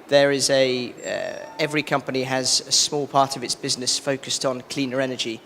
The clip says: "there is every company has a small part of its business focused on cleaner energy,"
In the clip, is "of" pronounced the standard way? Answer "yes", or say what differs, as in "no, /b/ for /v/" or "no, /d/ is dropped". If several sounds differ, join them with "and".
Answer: yes